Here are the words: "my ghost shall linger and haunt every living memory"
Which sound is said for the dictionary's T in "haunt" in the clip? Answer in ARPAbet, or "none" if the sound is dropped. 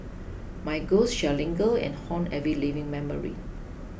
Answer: none